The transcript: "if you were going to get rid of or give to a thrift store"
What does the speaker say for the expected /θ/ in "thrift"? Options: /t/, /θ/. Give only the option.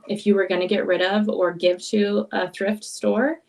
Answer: /θ/